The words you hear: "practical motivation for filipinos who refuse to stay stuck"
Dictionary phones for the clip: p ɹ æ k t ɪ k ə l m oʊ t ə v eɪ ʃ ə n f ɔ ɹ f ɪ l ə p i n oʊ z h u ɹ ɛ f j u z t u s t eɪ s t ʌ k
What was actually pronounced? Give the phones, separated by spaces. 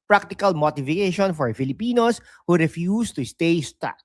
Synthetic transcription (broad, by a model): p ɹ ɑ k t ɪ k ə l m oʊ t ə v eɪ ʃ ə n f ɔ ɹ f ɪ l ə p i n oʊ s h u ɹ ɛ f j u s t u s t eɪ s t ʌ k